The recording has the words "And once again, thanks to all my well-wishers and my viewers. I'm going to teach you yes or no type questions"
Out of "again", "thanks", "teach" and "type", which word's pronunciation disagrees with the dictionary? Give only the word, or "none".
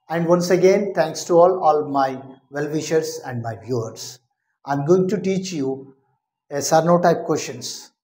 thanks